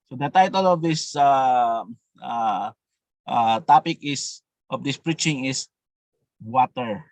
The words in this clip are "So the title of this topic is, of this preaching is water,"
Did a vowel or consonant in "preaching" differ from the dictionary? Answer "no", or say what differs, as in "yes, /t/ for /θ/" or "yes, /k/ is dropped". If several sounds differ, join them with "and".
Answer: no